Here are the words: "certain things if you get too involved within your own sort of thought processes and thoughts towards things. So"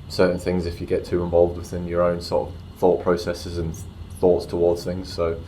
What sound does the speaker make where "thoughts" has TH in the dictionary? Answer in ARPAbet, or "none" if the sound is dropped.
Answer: TH